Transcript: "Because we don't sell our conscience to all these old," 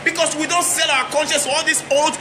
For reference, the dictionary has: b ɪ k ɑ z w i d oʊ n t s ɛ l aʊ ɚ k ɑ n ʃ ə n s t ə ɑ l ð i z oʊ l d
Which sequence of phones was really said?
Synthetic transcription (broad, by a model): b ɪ k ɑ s w i d oʊ n t s ɛ l aʊ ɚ k ɑ n ʃ ə n s ɑ l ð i s oʊ l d